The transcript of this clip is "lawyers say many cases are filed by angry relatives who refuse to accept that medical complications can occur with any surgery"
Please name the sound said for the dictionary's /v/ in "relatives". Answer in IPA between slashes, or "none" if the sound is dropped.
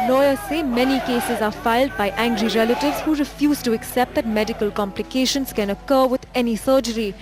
/v/